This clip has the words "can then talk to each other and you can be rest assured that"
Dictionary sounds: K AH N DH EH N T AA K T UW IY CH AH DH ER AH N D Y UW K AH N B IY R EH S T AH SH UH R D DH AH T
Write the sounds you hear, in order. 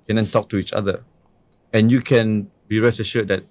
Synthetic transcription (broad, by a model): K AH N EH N T AA K T UW IY CH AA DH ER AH N Y UW K AH N B IY R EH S AH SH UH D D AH T